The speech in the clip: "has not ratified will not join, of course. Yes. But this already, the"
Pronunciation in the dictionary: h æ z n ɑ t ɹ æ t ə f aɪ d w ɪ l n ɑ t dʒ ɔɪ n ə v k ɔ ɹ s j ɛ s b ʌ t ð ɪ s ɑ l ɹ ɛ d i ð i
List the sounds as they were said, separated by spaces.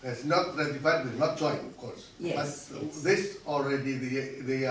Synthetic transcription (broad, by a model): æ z n ɑ t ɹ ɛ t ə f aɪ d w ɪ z n ɑ t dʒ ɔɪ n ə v k ɔ ɹ s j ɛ b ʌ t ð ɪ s ɑ l ɹ ɛ d i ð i